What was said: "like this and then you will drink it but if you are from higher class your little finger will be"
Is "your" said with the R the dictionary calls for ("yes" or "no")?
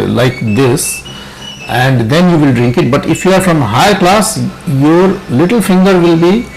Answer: yes